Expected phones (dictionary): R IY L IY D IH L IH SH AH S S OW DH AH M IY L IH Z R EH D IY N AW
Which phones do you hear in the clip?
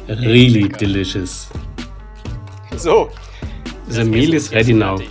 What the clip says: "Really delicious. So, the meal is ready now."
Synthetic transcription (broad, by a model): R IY L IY D IH L IH SH AH S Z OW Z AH M IY L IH S R EH D IY N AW